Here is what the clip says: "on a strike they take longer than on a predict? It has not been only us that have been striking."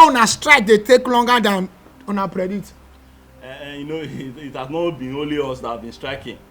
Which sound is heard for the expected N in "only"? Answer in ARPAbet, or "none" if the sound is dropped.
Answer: none